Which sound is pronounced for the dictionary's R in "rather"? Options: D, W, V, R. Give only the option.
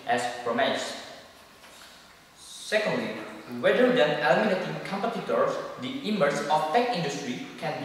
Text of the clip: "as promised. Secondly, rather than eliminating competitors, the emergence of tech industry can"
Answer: W